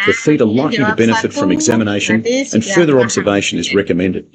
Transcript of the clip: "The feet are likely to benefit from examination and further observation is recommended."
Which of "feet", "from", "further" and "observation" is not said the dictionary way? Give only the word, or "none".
none